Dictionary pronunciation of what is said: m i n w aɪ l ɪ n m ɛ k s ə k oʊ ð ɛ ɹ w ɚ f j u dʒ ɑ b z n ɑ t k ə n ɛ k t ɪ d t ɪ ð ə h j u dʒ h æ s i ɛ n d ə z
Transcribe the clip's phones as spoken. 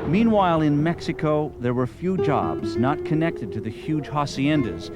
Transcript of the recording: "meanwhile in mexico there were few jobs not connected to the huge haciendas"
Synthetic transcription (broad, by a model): m i n w aɪ l ɪ n m ɛ k s ə k oʊ ð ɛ ɹ w ɚ f j u dʒ ɑ b z n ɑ t k ə n ɛ k t ɪ d t ɪ ð ə h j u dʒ h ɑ s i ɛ n d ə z